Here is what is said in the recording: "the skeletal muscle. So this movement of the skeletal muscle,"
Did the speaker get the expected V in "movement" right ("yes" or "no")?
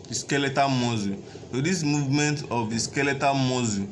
yes